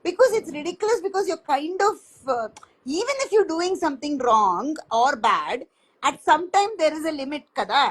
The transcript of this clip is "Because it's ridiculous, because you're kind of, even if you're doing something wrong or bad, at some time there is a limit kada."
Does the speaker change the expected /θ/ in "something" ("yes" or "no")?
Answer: yes